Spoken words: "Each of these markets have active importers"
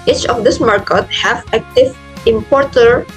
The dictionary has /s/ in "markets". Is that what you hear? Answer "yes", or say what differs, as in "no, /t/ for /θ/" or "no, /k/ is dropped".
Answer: no, /s/ is dropped